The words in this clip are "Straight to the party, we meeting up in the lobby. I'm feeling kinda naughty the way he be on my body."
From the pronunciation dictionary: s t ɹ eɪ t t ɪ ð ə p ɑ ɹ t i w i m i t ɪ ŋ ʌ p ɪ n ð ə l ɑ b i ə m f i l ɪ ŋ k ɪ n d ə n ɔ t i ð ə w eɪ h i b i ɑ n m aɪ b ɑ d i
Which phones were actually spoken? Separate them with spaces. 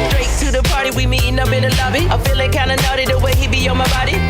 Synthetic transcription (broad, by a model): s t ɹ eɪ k t ɪ ð ə p ɑ ɹ t i w i m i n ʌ b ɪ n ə l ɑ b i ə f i l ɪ k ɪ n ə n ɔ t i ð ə w eɪ h i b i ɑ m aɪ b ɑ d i